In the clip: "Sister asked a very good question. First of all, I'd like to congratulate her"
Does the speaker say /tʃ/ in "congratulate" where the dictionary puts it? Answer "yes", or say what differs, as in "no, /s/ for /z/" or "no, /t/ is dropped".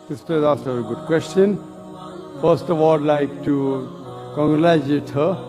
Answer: no, /tʃ/ is dropped